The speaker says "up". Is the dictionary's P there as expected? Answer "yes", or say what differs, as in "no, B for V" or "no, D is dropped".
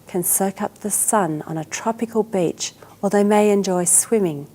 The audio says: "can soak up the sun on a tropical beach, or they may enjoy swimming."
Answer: yes